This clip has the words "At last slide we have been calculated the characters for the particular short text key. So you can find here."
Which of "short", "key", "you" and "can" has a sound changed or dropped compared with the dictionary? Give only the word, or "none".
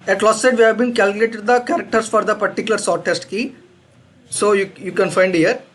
short